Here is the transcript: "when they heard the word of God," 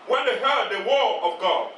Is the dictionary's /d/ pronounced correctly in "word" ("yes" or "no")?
no